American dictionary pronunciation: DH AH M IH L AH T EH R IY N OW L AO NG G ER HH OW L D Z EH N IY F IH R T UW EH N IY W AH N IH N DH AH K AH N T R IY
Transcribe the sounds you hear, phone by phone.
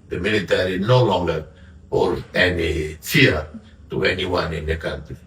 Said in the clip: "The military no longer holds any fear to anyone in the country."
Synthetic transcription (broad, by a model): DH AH M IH L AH T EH R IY N OW L AO NG G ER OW D EH N IY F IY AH T UW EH N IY W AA N IH N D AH K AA N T R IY